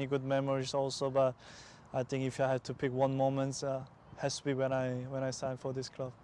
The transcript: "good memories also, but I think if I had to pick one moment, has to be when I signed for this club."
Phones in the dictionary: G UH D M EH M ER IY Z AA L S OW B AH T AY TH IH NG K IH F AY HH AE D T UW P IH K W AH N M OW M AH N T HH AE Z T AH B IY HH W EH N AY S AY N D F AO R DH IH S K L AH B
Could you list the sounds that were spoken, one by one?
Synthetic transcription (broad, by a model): G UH D M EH M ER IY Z AA L S OW B AH T AY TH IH NG K IH F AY HH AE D T UW P IH K W AH N M OW M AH N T HH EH S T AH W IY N W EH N AY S AY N F AO R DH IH S K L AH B